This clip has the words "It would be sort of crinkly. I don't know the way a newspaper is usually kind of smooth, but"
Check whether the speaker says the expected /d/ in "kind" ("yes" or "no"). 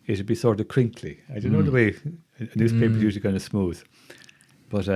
no